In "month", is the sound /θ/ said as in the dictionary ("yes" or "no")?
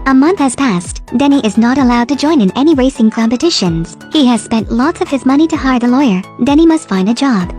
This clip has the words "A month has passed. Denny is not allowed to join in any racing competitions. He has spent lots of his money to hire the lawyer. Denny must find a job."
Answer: yes